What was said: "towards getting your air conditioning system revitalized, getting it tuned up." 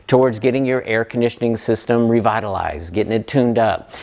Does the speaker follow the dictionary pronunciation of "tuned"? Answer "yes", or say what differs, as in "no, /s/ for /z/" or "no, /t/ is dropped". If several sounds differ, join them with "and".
yes